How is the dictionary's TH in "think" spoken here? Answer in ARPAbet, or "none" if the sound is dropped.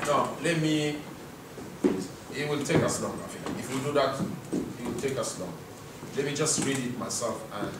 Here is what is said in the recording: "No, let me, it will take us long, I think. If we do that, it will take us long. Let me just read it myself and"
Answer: F